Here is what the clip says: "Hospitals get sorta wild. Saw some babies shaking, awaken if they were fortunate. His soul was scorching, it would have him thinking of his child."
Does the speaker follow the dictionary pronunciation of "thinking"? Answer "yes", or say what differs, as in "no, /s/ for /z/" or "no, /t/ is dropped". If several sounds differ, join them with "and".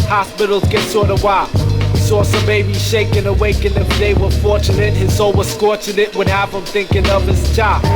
yes